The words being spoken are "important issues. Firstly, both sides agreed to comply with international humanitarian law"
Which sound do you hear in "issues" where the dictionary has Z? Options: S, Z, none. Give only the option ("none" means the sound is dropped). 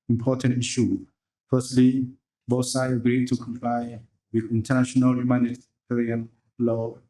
none